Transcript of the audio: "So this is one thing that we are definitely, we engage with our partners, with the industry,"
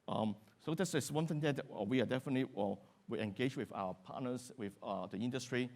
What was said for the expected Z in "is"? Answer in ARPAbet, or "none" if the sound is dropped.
S